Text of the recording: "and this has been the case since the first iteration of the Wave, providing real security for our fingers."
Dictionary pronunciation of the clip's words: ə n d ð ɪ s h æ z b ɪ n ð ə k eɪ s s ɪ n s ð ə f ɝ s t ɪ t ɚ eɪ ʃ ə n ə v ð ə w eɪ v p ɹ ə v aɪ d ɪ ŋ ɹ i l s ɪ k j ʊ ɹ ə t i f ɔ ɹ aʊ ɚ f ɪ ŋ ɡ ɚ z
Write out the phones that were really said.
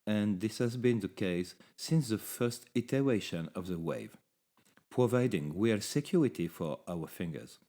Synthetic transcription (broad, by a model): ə n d ð ɪ s h æ z b ɪ n ð ə k eɪ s s ɪ n s ð ə f ɝ s t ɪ t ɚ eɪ ʃ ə n ə v ð ə w eɪ v p ɹ ə v aɪ d ɪ ŋ w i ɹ s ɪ k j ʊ ɹ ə t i f ɔ ɹ aʊ ɚ f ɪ ŋ ɡ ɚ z